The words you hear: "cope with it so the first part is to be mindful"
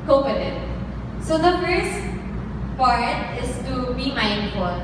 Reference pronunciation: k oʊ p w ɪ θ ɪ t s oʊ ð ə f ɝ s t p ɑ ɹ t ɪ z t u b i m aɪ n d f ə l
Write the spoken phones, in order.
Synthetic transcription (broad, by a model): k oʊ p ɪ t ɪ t s oʊ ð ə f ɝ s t f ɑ ɹ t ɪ s t u b i m aɪ n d f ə l